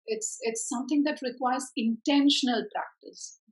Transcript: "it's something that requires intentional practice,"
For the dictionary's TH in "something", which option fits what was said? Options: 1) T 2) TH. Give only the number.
1